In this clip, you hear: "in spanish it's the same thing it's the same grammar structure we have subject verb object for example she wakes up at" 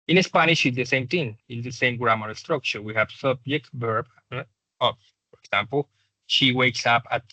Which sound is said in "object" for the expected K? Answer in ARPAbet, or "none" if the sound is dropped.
none